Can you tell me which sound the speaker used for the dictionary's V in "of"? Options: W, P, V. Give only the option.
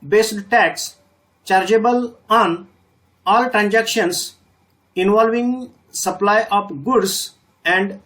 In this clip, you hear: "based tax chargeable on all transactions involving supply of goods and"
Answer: P